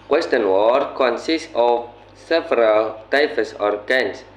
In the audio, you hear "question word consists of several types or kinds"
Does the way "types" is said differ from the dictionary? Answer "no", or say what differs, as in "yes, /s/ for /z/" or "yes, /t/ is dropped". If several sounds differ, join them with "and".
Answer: yes, /f/ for /p/